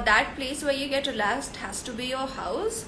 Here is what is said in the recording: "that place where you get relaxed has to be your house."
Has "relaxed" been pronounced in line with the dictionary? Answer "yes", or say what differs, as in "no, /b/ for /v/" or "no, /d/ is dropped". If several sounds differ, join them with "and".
no, /k/ is dropped